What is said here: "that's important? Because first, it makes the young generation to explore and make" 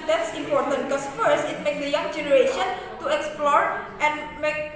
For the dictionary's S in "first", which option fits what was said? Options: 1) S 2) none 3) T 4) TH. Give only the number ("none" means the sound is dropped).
1